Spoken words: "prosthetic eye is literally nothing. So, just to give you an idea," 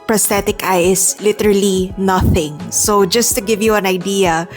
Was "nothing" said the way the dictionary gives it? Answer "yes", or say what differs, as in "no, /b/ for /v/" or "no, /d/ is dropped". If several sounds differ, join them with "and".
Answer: yes